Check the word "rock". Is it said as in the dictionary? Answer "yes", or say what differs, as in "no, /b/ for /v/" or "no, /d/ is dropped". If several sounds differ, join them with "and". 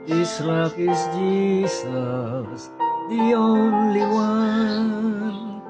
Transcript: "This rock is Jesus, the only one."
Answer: no, /l/ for /ɹ/